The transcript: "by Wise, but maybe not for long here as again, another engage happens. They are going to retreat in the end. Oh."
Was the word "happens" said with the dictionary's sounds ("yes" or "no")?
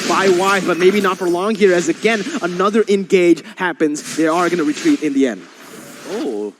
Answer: yes